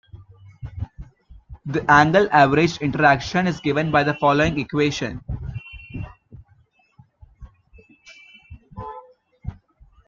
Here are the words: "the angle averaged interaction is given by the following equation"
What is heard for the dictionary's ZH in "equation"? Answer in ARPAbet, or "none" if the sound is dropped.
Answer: SH